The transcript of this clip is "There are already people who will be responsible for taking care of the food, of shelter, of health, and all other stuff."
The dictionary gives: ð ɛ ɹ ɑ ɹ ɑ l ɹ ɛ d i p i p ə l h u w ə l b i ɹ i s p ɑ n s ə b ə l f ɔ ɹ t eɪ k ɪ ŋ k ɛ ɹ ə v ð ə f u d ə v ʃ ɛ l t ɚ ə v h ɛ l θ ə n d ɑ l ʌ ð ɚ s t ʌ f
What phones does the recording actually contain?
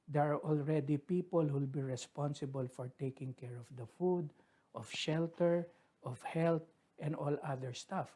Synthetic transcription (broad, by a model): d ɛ ɹ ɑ ɹ ɑ l ɹ ɛ d i p i p ə l h u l b i ɹ i s p ɑ n s ə b ə l f ɔ ɹ t eɪ k ɪ ŋ k ɛ ɹ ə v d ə f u d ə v ʃ ɛ l t ɚ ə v h ɛ l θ ə n d ɑ l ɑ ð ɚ s t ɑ f